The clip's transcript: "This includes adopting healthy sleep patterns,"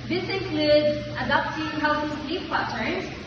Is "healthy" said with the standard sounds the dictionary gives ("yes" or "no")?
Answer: no